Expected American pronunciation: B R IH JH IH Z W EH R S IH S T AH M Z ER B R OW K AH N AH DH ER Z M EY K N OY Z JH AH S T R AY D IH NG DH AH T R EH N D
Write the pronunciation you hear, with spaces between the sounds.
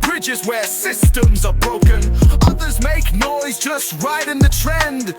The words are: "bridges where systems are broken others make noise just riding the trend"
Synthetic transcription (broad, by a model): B R IH JH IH Z W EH R S IH S T AH M Z ER B R OW K AH N AH DH ER Z M EY K N OY Z JH AH S T R AY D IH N DH AH T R EH N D